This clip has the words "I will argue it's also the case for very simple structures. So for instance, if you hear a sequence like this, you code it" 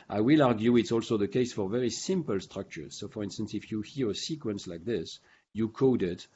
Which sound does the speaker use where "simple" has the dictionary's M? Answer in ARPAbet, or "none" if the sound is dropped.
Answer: M